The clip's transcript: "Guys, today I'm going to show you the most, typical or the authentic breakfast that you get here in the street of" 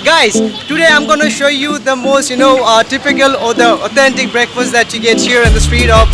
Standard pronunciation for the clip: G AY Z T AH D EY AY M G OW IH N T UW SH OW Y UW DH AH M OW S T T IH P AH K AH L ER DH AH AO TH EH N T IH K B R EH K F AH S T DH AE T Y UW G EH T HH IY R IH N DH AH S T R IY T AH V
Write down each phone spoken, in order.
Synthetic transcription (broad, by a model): G AY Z T AH D EY AY M G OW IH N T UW SH OW Y UW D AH M OW S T T IH P AH K AH L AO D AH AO T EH N T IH K B R EH K F AH S T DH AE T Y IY G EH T HH IY R IH N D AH S T R IY T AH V